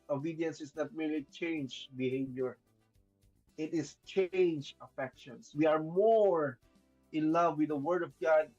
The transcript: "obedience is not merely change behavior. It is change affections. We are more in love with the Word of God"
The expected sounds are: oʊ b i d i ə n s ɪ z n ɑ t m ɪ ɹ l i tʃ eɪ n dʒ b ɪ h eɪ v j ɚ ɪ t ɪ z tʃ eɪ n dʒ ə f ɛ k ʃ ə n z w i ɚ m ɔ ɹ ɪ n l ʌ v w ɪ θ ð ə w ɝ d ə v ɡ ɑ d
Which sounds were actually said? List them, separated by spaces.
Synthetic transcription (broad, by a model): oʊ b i d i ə n s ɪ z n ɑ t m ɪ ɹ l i tʃ eɪ n dʒ b ɪ h eɪ v j ɚ ɪ t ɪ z tʃ eɪ n dʒ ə f ɛ k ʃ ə n s w i ɚ m ɔ ɹ ɪ n l ʌ v w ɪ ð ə w ɝ d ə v ɡ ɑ d